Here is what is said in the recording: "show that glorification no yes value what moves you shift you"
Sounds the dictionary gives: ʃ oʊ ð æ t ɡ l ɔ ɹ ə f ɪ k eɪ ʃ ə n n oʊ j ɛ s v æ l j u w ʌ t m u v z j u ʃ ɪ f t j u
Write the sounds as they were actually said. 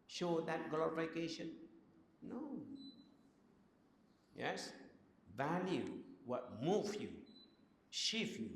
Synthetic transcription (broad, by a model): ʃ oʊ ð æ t ɡ l ɔ ɹ ə f ɪ k eɪ ʃ ə n n oʊ j ɛ s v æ l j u w ʌ t m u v j u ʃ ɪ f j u